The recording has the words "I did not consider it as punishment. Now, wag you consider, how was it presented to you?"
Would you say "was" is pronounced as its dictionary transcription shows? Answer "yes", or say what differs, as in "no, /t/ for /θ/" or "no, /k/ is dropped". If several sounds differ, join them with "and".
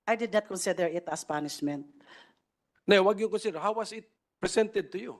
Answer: no, /s/ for /z/